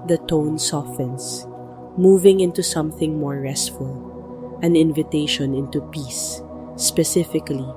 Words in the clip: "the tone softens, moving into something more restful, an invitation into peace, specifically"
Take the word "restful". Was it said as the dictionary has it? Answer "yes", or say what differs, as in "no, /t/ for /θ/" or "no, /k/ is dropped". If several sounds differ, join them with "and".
yes